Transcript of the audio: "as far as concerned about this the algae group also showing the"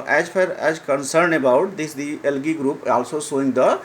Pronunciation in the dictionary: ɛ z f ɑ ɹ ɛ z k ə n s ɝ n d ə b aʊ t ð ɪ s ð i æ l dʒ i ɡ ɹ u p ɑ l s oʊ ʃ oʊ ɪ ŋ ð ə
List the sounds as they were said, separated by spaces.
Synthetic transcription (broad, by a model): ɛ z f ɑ ɹ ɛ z k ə n s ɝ n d ə b aʊ t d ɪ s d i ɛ l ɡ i ɡ ɹ u p ɑ l s oʊ s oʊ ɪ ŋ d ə